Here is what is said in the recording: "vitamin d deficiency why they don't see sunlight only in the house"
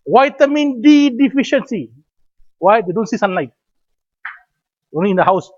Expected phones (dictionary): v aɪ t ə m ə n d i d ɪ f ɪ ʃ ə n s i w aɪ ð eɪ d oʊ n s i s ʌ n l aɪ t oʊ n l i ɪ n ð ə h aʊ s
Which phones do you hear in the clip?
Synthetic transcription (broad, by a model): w aɪ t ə m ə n d i d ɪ f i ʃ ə n s i w aɪ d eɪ d oʊ n s i s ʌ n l aɪ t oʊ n i ɪ n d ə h aʊ s